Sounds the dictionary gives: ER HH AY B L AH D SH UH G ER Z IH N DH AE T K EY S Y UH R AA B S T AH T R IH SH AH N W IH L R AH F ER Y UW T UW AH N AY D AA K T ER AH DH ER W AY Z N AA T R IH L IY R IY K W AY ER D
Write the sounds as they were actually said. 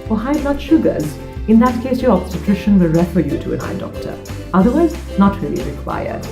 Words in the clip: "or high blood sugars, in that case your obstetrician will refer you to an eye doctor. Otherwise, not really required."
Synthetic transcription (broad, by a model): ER HH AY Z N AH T SH UH G ER Z IH N DH AE T K EY S Y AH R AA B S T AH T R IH SH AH N W IH L R AH F ER Y UW T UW AH N AY D AA K T ER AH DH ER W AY Z N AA T R IH L IY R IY K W AY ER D